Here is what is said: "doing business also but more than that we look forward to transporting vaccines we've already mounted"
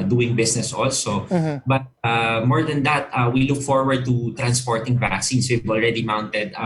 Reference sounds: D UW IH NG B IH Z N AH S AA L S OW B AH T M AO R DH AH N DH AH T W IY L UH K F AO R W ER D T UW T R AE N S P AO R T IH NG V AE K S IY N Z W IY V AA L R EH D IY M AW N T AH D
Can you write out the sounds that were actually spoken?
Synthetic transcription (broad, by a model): D UW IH NG B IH S N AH S AA L S OW B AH T M AO R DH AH N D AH T W IY L UH K F AO R W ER D T UW T R AE N S P AO R T IH NG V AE K S IY N S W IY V AA L R EH D IY M AW N T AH D